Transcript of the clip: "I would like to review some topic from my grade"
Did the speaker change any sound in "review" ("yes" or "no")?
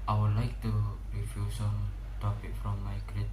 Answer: yes